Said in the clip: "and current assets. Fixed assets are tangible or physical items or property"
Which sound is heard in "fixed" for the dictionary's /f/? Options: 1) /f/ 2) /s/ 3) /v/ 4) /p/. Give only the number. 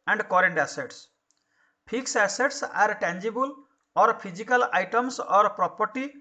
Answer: 4